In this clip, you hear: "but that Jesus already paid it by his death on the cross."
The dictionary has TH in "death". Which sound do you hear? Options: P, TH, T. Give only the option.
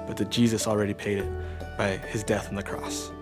TH